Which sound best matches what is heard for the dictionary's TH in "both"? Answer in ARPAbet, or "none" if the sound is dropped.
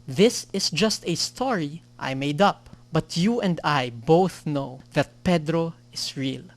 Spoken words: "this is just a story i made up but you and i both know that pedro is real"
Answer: TH